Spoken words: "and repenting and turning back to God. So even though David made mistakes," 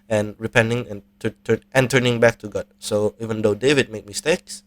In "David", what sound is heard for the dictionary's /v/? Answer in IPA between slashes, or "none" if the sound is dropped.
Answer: /v/